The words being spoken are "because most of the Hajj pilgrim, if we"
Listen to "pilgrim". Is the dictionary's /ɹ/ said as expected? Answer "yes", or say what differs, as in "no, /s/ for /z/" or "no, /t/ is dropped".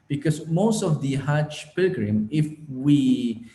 yes